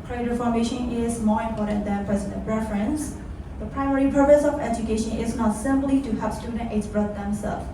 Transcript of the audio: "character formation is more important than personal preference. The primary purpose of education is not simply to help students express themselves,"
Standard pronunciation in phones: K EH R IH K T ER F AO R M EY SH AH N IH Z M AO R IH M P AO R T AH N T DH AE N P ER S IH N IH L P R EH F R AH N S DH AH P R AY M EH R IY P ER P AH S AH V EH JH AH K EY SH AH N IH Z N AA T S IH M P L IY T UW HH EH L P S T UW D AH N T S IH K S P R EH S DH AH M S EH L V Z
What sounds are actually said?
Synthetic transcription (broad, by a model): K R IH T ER F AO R M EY SH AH N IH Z M AO R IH M P AO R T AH N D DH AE N P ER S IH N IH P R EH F R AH N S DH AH P R AY M EH R IY P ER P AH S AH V EH JH AH K EY SH AH N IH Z N AA T S IH M P L IY T UW HH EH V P S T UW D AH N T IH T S B R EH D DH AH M S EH L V